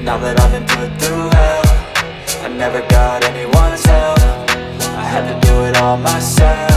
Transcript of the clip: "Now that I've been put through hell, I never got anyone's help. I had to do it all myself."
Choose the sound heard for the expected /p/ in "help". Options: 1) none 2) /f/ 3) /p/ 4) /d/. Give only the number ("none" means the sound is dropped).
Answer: 1